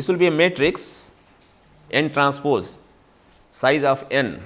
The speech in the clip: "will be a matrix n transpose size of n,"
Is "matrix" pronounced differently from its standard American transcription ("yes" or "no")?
no